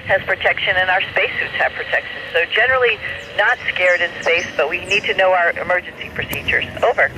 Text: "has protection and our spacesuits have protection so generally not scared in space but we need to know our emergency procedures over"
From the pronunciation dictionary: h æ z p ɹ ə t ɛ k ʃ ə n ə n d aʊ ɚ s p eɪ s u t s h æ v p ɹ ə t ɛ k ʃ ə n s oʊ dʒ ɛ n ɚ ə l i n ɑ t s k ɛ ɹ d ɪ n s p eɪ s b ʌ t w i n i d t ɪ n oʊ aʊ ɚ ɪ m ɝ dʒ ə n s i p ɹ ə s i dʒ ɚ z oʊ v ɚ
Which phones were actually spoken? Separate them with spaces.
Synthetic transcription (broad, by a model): h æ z p ɹ ə t ɛ k ʃ ə n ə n aʊ ɚ s p eɪ s u t s h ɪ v p ɹ ə t ɛ k ʃ ə n s oʊ dʒ ɛ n ɚ l i n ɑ t s k ɛ ɹ d ɪ n s p eɪ s b ʌ t w i n i d t ɪ n oʊ aʊ ɚ ɪ m ɝ dʒ ə n s i p ɹ ə s i dʒ ɚ z oʊ v ɚ